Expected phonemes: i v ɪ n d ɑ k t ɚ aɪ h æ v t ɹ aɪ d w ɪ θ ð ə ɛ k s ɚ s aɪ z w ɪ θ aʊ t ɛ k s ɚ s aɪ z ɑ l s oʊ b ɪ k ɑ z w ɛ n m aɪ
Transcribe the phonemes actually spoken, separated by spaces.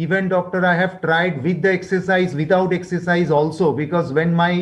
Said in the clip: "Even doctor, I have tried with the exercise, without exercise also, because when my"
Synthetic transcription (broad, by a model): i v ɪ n d ɑ k t ɚ aɪ h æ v t ɹ aɪ d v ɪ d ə ɛ k s ɚ s aɪ z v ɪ t aʊ t ɛ k s ɚ s aɪ z ɑ l s oʊ b ɪ k ɑ z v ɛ n m aɪ